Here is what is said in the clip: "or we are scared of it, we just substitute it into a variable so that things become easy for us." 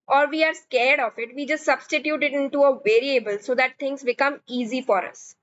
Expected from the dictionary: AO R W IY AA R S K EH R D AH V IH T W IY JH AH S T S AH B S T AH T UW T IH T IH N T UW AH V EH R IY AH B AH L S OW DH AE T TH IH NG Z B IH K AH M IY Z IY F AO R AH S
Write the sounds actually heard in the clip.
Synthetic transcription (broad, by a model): AO R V IY AA R S K EH R D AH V IH T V IY JH AH S T S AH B S T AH T UW T IH T IH N T UW AH V EH R IY AH B AH L S OW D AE T T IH NG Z B IH K AH M IY Z IY F AO R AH S